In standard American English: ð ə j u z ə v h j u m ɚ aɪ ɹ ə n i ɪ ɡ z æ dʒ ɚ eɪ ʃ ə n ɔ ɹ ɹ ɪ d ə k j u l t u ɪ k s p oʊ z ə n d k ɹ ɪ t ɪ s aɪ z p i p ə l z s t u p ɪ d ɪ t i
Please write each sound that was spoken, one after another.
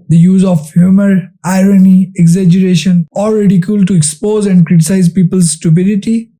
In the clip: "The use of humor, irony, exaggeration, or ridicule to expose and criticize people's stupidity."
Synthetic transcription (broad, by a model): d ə j u z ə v h j u m ɚ aɪ ɹ ə n i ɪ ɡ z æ dʒ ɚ eɪ ʃ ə n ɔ l ɹ ɪ d ə k j u l t u ɪ k s p oʊ z ə n d k ɹ ɪ t ɪ s aɪ z p i p ə l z s t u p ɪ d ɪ t i